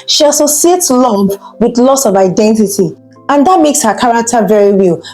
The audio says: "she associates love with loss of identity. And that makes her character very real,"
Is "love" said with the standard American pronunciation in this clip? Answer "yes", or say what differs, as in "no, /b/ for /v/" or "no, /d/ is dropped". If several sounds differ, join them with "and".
no, /p/ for /v/